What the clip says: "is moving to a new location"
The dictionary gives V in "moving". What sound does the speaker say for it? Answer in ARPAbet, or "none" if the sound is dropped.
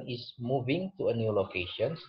V